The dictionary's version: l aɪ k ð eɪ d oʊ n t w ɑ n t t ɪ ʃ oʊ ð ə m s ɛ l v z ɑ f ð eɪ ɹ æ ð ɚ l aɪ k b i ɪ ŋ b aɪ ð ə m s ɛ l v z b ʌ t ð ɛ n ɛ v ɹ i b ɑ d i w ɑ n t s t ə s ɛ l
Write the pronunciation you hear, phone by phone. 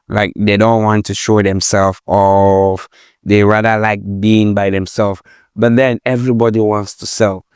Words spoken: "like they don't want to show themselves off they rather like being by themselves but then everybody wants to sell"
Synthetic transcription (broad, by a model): l aɪ k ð eɪ d oʊ n t w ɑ n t t ɪ ʃ oʊ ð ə m s ɛ l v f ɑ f ð eɪ ɹ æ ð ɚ l aɪ k b i ɪ ŋ b aɪ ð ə m s ɛ l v b ʌ t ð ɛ n ɛ v ɹ i b ɑ d i w ɑ n t s t ə s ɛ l